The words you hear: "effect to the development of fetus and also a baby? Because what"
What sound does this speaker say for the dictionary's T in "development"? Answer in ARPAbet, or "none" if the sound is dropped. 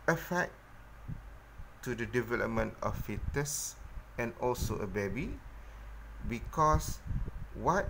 T